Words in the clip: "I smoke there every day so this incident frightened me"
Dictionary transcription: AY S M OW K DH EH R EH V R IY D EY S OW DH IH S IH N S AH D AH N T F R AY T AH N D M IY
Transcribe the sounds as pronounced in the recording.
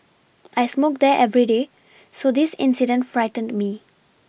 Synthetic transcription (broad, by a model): AY S M OW K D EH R EH V R IY D EY S OW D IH S IH N S AH D AH N T F R AY T AH N D M IY